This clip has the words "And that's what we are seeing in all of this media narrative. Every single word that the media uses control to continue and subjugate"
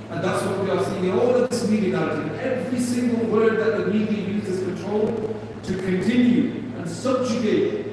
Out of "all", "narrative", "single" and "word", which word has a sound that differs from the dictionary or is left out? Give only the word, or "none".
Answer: narrative